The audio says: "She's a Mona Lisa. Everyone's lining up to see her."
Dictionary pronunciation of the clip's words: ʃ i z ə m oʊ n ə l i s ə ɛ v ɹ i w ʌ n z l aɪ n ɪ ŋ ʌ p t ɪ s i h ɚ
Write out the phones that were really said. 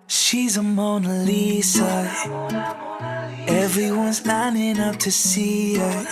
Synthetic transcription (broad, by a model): ʃ i z ə m oʊ n ə l i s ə ɛ v ɹ i w ʌ n z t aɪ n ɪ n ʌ f t ɪ s i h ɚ